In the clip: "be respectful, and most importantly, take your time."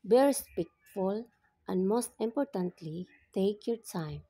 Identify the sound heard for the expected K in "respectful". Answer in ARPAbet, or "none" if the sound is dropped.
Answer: none